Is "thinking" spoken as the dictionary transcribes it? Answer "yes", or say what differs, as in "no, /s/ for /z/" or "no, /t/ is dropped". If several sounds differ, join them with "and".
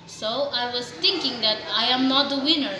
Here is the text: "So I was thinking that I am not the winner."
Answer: no, /t/ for /θ/